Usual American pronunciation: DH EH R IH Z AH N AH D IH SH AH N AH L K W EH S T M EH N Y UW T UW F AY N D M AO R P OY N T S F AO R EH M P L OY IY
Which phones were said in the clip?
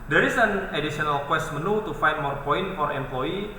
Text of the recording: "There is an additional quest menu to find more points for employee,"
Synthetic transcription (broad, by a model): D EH R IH S AH N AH D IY S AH N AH L K W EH S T M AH N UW T UW F AY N M AO R P OY N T F AO R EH M P L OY IY